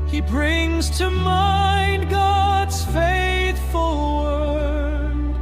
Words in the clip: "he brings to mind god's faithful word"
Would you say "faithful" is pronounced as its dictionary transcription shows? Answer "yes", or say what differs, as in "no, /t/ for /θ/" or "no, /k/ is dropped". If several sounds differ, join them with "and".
yes